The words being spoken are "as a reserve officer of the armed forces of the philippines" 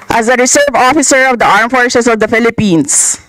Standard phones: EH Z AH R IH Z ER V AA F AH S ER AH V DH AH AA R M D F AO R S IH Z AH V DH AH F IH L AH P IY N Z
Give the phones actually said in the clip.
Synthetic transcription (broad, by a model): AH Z AH R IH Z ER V AA F AH S ER AH V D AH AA R M F AO R S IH S AH V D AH F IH L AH P IY N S